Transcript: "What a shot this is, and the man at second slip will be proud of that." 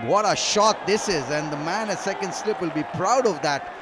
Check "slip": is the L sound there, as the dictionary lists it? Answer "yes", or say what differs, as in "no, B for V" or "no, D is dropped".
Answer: yes